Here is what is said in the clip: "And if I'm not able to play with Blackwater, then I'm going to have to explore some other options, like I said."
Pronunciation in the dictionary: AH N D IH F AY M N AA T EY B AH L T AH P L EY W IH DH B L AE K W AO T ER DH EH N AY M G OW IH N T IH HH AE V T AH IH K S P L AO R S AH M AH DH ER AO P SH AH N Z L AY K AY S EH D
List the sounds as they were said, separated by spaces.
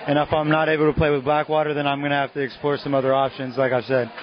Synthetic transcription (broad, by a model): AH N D IH F AY M N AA T EY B L T AH P L EY W IH DH B L AE K W AO T ER DH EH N AY M G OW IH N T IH HH AE F T IH K S P L AO R S AH M AH DH ER AO P SH AH N Z L AY K AY S EH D